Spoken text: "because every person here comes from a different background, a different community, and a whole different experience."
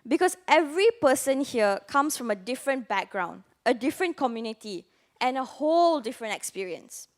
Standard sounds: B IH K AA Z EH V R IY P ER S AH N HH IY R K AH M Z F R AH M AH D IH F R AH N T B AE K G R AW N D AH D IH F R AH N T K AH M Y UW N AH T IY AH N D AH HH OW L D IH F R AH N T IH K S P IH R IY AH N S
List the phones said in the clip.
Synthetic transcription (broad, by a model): B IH K AA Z EH V R IY P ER S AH N HH IY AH K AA M S F R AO M AH D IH F R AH N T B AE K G R AW N D AH D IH F R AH N K AH M Y UW N AH T IY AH N AH HH OW L D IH F R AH N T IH K S P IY R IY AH N S